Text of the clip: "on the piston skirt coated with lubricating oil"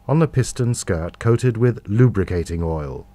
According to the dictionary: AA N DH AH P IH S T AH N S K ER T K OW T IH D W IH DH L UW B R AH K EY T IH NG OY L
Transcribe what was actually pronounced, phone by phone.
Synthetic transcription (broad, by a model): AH N DH AH P IH S T AH N S K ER T K OW T IH D W IH DH L UW B R AH K EY T IH NG OY L